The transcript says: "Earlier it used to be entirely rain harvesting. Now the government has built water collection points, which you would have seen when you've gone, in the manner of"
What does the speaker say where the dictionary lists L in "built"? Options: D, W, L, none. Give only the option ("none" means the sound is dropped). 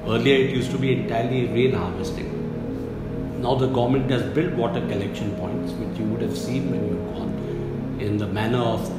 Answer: L